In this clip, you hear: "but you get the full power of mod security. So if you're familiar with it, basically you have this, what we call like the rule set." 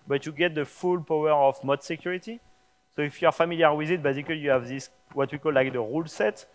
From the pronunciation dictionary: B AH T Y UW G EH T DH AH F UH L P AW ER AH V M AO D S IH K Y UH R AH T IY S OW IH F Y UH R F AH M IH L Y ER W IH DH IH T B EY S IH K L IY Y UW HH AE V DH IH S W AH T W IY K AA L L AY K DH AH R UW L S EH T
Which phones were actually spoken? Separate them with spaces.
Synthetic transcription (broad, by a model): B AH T Y UW G EH T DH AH F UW L P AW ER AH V M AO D S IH K Y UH R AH T IY S OW IH F Y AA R F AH M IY L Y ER W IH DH IH T B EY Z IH K L IY Y UW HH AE V DH IH S W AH T W IY K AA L L AY K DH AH R UW L S EH T